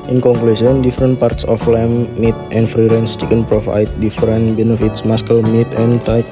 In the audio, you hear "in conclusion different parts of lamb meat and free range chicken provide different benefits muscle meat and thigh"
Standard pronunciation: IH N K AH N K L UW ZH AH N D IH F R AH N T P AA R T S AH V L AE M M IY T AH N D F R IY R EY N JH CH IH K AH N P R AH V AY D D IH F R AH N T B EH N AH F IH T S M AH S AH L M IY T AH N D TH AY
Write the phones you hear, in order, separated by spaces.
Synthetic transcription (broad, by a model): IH N K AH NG K L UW S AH N D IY F R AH N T P AA R T S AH F L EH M M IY T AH N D F R IY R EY N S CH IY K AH N P R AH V AY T D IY F R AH N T B EH N AH F IH T S M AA S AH L M IY T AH N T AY